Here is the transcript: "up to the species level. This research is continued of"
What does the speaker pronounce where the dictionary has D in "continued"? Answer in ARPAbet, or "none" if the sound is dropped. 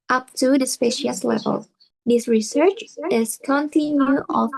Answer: none